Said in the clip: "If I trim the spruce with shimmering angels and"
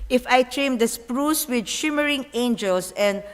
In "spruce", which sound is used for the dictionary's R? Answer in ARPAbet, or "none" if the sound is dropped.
R